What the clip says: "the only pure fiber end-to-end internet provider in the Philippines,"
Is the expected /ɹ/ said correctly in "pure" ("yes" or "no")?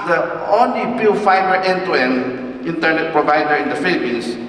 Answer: no